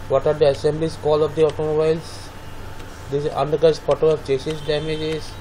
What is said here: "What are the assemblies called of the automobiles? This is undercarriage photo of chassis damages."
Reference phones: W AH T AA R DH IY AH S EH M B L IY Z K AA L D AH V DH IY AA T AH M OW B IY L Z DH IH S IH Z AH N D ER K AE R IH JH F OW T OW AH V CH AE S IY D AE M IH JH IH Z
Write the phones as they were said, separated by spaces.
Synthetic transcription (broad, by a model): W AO T AA R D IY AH S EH M B L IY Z K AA L AH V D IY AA T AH M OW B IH L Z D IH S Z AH N D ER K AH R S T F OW T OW AH V CH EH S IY D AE M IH JH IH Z